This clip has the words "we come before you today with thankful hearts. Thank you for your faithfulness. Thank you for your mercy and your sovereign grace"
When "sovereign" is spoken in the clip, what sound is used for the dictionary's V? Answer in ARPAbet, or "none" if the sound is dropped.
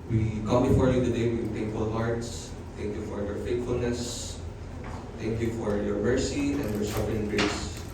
F